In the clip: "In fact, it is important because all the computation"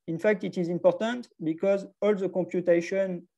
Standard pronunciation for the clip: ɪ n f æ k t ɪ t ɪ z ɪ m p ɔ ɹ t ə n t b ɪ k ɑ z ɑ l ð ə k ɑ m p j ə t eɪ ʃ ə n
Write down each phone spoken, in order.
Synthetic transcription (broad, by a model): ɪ n f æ k t ɪ t ɪ z ɪ m p ɔ ɹ t ə n t b ɪ k ɑ z ɑ l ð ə k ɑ m p j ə t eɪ ʃ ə n